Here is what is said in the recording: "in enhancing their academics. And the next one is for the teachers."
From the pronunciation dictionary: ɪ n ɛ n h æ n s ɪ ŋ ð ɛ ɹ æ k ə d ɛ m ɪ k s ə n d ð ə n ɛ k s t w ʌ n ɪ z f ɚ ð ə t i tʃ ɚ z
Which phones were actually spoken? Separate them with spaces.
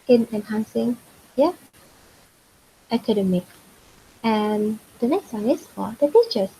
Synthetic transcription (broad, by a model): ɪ n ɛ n h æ n s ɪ ŋ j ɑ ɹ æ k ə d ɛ m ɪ k ə n d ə n ɛ k s t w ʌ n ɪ s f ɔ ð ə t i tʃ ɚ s